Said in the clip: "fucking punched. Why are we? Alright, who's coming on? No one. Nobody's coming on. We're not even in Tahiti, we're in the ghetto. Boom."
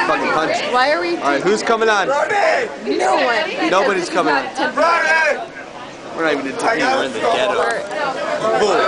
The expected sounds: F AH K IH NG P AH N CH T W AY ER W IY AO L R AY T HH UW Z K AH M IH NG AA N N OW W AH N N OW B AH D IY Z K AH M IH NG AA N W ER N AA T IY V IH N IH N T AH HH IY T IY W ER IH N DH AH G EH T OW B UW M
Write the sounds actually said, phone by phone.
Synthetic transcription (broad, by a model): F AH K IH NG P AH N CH W AY ER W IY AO R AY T HH UW Z K AH M IH NG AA N N OW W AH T N OW B AH D IY Z K AH M IH NG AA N W ER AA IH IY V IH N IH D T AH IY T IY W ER IH N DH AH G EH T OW